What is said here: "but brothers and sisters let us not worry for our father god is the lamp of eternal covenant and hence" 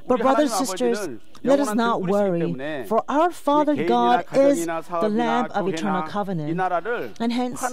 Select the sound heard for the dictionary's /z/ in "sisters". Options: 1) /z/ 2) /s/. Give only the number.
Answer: 1